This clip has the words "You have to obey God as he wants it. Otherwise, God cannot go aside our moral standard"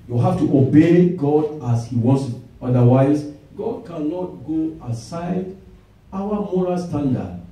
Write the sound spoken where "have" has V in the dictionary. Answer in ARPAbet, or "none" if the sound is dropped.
F